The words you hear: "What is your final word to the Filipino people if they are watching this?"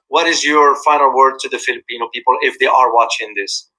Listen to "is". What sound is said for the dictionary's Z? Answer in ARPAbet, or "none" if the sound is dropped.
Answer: Z